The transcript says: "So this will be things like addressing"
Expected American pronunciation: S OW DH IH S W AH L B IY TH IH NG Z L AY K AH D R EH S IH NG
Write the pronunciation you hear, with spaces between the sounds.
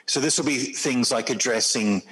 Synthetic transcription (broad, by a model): S OW DH IH S W AH L B IY TH IH NG Z L AY K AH D R EH S IH NG